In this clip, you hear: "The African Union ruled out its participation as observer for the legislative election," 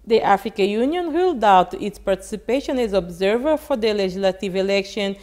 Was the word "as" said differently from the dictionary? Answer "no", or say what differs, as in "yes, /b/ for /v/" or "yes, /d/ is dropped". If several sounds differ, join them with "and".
no